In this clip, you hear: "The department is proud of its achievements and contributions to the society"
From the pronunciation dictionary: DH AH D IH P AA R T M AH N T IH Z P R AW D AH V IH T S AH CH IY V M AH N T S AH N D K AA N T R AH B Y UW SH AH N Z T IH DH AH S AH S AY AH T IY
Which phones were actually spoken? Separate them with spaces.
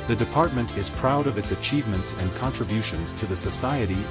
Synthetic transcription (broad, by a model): DH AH D IH P AA R T M AH N T IH Z P R AW D AH V IH T S AH CH IY V M AH N T S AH N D K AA N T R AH B Y UW SH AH N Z T IH DH AH S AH S AY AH T IY